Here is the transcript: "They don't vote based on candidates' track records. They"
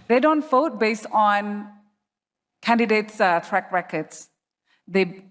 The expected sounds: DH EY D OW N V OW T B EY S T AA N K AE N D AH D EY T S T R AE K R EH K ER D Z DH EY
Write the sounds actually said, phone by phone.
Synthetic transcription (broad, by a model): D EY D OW N F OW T B EY S T AA N K AE N D AH D EY T S T R AE K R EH K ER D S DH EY